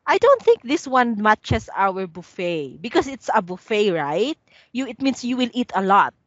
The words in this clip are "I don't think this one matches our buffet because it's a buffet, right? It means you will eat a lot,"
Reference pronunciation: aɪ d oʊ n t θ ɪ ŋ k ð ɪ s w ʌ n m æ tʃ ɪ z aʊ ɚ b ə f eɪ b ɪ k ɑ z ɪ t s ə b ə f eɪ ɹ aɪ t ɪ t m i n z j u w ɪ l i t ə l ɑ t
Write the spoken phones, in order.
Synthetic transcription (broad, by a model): aɪ d oʊ n t θ ɪ ŋ k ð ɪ s w ʌ n m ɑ tʃ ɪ s aʊ ɚ b ə f eɪ b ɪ k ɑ s ɪ t s ə b ə f eɪ ɹ aɪ t ɪ t m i n s j u w ɪ l i t ə l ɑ t